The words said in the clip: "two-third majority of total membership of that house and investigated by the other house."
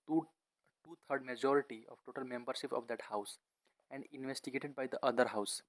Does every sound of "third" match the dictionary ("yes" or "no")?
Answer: no